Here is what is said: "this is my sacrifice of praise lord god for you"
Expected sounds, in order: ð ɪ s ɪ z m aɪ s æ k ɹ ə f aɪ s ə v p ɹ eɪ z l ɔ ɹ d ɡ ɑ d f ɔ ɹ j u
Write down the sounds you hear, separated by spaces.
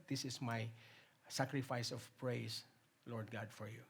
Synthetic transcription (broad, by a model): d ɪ s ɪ s m aɪ s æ k ɹ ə f aɪ s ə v p ɹ eɪ s l ɔ ɹ d ɡ ɑ d f ɔ ɹ j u